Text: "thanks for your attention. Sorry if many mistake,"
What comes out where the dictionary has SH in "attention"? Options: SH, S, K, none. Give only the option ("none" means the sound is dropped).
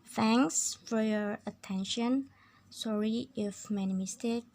SH